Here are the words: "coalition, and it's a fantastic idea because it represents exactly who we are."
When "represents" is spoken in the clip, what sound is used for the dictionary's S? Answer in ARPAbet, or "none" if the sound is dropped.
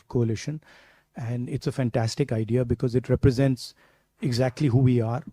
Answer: S